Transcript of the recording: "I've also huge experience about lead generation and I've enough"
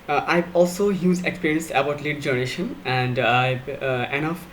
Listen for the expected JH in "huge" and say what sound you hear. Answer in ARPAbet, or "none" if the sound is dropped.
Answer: Z